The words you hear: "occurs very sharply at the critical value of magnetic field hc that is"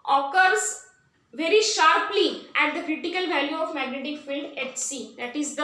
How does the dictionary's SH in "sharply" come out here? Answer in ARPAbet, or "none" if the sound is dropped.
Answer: SH